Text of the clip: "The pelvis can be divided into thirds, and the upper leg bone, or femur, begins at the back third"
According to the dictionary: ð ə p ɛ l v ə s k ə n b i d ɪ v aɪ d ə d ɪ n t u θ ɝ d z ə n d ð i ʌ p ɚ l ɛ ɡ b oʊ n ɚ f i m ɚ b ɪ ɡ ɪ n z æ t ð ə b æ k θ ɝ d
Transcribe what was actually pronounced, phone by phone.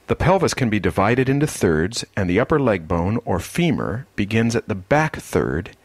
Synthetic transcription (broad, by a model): ð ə p ɛ l v ə s k ə n b i d ɪ v aɪ d ə d ɪ n t u θ ɝ d z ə n ð i ʌ p ɚ l ɛ ɡ b oʊ n ɚ f i m ɚ b ɪ ɡ ɪ n z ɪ t ð ə b æ k θ ɝ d